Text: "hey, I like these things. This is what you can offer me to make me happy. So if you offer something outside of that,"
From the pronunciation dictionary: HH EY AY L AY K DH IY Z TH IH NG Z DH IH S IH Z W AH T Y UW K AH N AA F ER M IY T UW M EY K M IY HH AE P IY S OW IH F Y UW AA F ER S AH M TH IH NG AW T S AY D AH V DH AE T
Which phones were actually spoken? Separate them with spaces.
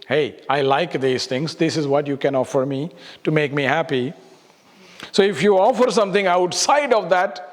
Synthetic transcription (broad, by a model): HH EY AY L AY K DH IY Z T IH NG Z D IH S IH Z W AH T Y UW K AH N AA F ER M IY T UW M EY K M IY HH AE P IY S OW IH F Y UW AA F ER S AH M T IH NG AW T S AY D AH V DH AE T